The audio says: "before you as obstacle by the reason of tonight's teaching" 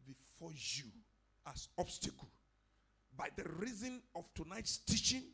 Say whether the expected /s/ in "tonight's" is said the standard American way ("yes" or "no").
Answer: yes